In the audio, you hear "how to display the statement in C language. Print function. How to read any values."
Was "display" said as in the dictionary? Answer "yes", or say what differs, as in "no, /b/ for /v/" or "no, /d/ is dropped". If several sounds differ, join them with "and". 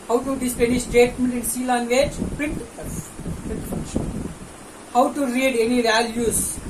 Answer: no, /l/ is dropped